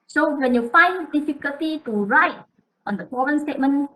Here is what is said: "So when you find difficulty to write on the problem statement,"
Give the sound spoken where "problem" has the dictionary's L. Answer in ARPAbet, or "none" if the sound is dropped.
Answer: none